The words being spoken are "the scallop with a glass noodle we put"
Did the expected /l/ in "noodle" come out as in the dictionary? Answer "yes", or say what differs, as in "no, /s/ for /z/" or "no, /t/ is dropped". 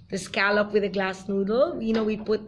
no, /n/ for /l/